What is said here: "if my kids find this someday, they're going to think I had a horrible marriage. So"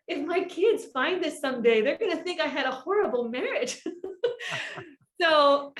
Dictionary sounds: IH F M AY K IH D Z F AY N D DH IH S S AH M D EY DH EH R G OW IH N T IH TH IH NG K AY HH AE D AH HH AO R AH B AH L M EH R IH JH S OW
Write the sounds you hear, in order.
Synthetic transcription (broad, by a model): IH F M AY K IH D Z F AY N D DH IH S S AH M D EY DH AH R G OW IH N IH TH IH NG K AY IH D AH HH AO R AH B L M EH R IH JH S OW